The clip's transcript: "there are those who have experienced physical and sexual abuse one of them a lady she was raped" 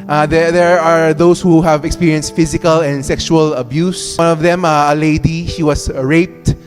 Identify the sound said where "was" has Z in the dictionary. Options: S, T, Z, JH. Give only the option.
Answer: S